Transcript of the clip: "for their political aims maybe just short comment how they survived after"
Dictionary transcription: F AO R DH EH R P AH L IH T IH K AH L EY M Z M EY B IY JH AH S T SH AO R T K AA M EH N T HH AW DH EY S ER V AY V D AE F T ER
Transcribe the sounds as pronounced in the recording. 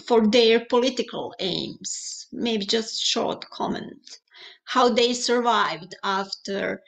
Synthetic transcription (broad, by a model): F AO R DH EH R P AH L IH T IH K AH L EY M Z M EY B IY JH AH S T SH AO R T K AA M EH N T HH AW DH EY S ER V AY V D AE F T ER